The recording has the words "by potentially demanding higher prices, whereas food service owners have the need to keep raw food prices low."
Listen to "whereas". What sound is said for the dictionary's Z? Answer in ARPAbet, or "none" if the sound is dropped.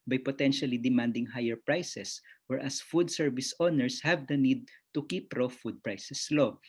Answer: S